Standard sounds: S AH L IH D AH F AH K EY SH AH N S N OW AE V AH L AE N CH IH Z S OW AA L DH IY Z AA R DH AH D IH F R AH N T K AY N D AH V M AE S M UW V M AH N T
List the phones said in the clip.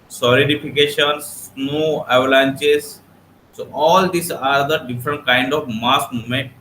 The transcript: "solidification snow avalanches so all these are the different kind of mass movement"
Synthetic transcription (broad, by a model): S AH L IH D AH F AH K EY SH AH N S N OW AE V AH L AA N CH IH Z S OW AA L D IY S AA R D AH D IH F R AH N T K AY N D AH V M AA S M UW M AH N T